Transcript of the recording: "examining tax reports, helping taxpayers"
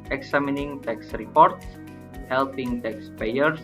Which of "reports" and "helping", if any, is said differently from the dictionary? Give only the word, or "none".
none